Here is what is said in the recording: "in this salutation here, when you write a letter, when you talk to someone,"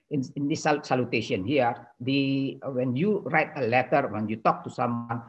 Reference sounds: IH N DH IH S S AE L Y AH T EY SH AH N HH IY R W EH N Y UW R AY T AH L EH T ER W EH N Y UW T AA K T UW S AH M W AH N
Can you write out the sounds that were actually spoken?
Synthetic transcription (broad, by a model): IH N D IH S S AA L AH T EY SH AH N HH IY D W EH N Y UW R AY T AH L EH T ER W EH N Y UW T AA K T UW S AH M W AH N